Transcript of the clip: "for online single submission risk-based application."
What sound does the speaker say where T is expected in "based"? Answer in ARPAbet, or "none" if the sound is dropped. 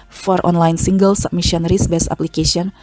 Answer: none